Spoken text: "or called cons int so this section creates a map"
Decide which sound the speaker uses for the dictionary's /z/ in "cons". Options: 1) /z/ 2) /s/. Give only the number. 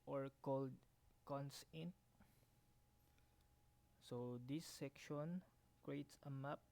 2